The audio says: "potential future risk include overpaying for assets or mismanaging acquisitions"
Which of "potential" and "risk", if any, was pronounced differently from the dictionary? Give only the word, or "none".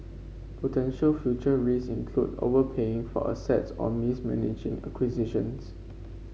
risk